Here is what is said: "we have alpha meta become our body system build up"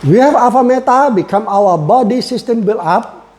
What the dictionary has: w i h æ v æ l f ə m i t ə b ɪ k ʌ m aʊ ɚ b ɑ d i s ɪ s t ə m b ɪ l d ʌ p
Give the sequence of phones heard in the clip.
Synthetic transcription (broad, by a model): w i h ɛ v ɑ f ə m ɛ t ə b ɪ k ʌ m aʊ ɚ b ɑ d i s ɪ s t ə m b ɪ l ɑ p